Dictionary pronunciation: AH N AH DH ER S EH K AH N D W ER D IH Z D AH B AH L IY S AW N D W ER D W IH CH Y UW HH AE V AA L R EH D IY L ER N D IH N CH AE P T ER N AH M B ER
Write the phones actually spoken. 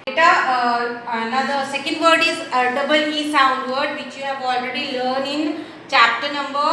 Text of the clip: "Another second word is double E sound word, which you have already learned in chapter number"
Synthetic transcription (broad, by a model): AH N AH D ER S EH K AH N D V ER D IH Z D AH B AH L IY S AW N D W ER D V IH CH Y UW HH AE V AA L R EH D IY L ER N IH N CH AE P T ER N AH M B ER